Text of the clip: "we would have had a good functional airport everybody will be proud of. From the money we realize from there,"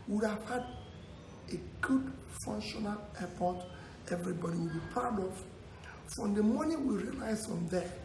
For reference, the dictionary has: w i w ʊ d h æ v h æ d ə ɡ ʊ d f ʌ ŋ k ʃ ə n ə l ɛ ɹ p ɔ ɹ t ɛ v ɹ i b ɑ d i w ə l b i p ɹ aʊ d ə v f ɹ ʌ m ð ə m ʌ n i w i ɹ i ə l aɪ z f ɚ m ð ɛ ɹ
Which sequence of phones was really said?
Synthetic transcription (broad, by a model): w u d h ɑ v h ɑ d ə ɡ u d f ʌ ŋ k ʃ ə n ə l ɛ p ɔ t ɛ v ɹ i b ɑ d i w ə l b i p aʊ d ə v f ɹ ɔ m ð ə m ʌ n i w i ɹ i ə l aɪ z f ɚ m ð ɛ